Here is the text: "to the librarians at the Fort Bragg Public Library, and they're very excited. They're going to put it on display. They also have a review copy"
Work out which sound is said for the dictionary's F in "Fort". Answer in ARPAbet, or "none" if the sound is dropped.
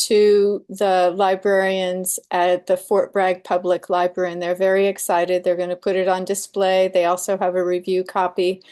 F